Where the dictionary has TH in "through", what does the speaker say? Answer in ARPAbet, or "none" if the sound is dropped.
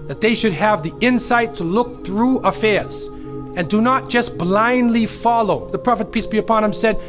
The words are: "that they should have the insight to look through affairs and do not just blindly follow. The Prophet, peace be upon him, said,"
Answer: TH